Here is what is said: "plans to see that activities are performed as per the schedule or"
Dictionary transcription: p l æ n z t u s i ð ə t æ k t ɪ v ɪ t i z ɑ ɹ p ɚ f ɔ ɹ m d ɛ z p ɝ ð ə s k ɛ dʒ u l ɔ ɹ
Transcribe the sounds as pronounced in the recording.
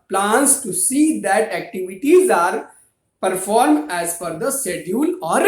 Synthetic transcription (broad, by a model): p l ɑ n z t u s i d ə t æ k t ɪ v ɪ t i z ɑ ɹ p ɚ f ɔ ɹ m d ɛ z f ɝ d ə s ɛ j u l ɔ ɹ